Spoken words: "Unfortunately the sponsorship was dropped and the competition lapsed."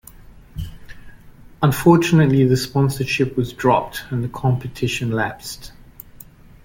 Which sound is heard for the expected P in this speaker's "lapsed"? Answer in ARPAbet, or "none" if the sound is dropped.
P